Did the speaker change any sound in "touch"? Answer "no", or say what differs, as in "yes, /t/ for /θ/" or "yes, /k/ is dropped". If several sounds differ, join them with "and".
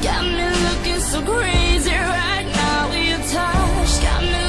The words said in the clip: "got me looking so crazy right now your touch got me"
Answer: yes, /ʃ/ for /tʃ/